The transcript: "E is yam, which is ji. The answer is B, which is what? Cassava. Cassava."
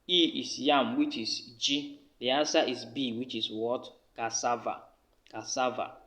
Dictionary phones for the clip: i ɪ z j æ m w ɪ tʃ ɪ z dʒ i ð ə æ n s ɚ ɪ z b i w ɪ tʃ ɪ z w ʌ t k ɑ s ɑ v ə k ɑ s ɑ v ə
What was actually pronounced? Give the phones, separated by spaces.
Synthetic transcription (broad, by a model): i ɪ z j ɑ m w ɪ tʃ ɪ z dʒ i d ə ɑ s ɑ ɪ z b i w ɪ tʃ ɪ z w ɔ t k ɑ s ɑ v ə k ɑ s ɑ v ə